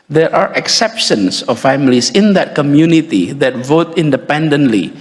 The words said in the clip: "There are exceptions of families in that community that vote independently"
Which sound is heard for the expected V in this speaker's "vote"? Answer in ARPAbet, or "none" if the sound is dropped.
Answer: V